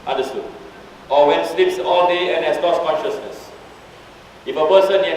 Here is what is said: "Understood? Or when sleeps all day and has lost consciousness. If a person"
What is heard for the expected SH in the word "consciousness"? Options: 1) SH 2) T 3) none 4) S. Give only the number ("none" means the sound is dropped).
1